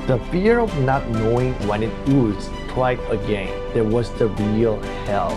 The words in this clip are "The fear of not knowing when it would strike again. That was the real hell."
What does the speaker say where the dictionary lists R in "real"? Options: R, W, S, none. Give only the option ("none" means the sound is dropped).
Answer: R